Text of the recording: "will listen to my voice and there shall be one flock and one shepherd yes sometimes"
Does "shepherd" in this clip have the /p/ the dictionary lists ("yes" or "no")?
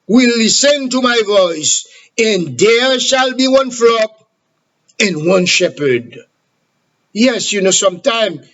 yes